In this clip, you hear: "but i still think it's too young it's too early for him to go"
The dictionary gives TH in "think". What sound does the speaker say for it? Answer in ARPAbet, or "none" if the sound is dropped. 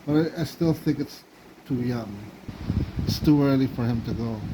TH